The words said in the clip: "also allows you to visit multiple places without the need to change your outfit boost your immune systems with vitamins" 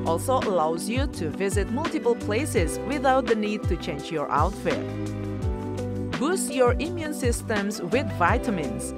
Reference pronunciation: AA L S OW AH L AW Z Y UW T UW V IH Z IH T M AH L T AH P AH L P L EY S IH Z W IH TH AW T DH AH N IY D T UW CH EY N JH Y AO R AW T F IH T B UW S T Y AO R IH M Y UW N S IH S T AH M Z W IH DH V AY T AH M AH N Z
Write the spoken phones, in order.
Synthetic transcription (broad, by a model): AA L S OW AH L AW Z Y UW T UW V IH Z IH T M AH L T AH P AH L P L EY S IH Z W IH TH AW T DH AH N IY D T UW CH EY N JH Y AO R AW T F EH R B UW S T Y AO R IH M Y UW N S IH S T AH M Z W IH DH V AY T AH M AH N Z